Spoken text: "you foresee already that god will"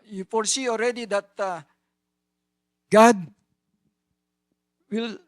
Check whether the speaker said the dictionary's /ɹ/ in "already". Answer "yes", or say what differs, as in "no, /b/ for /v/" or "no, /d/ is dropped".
yes